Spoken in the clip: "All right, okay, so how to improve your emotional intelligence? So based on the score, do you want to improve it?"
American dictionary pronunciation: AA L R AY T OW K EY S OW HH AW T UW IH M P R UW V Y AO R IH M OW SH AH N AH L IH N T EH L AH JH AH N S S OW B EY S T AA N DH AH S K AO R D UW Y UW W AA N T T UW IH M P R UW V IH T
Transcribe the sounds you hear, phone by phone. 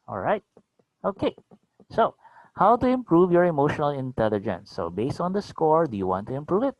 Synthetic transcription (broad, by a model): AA L R AY T OW K EY S OW HH AW T UW IH M P R UW V Y AO R IH M OW SH AH N AH L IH N T EH L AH JH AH N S S OW B EY S T AA N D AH S K AO R D UW Y UW W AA N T T UW IH M P R UW V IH T